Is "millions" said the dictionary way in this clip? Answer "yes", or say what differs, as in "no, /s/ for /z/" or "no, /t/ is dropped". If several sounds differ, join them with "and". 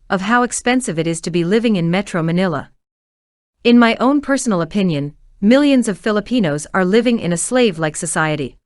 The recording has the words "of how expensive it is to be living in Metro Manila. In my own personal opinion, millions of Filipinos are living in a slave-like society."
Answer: yes